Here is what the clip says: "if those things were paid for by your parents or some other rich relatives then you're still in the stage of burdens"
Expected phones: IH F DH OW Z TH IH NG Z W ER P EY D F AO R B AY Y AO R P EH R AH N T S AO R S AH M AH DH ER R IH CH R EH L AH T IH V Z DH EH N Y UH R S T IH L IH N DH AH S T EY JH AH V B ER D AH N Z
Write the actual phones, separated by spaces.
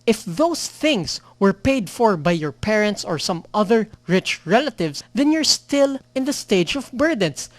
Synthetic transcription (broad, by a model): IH F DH OW S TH IH NG S W ER P EY D F AO R B AY Y AO R P EH R AH N T S AO R S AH M AH DH ER R IH CH R EH L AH T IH V S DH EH N Y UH R S T IH L IH N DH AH S T EY JH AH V B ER D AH N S